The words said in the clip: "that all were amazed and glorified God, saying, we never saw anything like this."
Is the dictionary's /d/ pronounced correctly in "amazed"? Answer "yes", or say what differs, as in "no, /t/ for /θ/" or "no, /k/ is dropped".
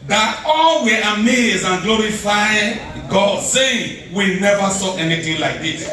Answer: no, /d/ is dropped